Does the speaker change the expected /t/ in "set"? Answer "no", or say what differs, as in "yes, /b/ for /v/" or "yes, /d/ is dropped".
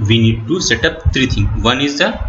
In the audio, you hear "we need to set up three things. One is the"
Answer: no